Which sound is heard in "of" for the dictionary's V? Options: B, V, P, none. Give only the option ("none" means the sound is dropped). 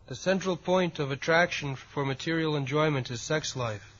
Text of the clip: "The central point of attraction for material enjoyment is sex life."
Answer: V